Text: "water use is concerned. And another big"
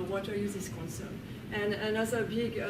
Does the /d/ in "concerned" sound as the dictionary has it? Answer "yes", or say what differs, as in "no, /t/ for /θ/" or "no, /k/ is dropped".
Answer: no, /d/ is dropped